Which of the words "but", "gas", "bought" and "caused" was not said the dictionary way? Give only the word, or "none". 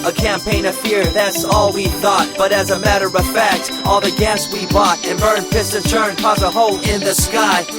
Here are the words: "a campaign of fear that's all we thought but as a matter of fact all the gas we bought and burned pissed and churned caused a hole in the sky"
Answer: caused